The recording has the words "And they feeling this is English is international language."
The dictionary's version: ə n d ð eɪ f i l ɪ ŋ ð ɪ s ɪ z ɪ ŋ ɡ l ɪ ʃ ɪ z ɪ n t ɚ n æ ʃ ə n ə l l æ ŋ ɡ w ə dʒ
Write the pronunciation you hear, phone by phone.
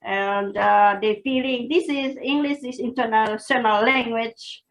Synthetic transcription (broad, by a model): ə n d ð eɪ f i l ɪ ŋ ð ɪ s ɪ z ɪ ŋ ɡ l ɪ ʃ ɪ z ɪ n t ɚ n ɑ s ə n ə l l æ ŋ ɡ w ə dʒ